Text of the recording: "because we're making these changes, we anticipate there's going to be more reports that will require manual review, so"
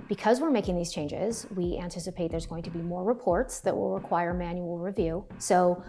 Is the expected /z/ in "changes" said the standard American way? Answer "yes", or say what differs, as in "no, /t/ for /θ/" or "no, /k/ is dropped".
yes